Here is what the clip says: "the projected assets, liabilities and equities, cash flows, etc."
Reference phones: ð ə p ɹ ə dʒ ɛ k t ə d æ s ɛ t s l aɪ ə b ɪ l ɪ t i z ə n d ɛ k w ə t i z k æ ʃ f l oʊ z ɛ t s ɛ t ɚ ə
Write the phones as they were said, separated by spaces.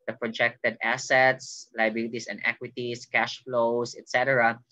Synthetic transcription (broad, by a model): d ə p ɹ ə dʒ ɛ k t ə d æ s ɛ t s l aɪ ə b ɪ l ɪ t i s ə n d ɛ k w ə t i s k æ ʃ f l oʊ s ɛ t s ɛ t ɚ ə